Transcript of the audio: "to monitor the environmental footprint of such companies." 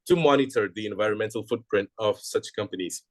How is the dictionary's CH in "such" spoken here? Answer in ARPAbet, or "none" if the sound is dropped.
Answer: CH